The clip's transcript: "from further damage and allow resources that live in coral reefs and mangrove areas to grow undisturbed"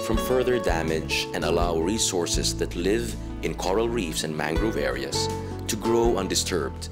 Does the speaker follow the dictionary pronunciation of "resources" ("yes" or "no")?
no